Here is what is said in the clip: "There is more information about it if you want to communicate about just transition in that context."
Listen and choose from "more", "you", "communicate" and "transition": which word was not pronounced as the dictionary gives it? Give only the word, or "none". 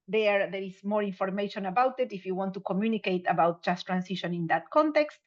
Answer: transition